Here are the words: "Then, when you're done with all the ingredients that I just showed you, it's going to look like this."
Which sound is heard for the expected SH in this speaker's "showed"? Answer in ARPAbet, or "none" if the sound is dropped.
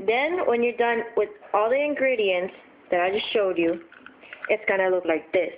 SH